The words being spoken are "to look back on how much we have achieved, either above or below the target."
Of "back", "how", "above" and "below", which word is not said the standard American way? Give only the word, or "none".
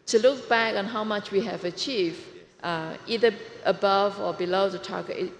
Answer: none